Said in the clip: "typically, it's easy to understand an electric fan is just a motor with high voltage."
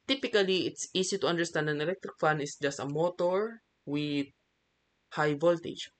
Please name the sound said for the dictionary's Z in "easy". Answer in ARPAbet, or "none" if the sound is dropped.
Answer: S